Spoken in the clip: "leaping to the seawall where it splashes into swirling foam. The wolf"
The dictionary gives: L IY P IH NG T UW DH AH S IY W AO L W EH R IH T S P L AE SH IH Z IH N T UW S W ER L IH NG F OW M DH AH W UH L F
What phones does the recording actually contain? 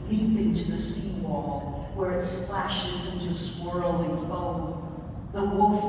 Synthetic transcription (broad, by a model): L IY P IH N T UW DH AH S IY W AO L W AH R IH T S P L AE SH IH Z IH N T UW S W ER L IH NG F OW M DH AH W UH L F